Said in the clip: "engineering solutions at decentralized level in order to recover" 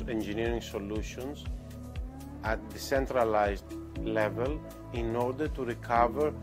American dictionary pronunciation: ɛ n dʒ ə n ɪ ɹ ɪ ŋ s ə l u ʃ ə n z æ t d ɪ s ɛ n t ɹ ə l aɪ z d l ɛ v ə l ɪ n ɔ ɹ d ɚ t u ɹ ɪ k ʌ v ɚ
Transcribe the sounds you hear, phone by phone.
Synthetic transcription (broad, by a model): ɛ n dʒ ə n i ɹ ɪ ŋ s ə l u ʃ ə n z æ t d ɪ s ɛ n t ɹ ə l aɪ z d l ɛ v ə l ɪ n ɔ ɹ d ɚ t u ɹ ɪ k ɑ v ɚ